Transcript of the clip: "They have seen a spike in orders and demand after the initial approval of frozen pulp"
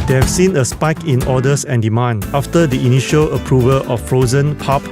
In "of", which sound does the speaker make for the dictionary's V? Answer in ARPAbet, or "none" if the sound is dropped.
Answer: F